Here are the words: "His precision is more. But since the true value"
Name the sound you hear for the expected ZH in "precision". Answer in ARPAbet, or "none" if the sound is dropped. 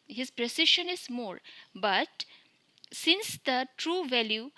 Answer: SH